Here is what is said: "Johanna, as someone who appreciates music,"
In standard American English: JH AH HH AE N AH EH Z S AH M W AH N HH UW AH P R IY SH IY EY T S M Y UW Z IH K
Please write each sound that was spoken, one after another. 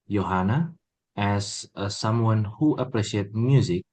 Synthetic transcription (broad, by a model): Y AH HH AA N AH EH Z S AH M W AH N HH UW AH P R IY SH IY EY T M Y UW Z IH K